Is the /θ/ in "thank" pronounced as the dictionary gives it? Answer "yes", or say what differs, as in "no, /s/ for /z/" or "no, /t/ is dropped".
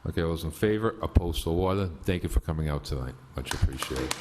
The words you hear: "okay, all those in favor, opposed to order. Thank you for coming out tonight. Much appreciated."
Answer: yes